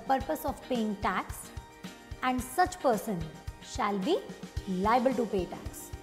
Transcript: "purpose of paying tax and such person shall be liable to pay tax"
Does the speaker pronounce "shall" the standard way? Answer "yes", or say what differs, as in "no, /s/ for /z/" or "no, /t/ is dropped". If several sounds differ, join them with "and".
yes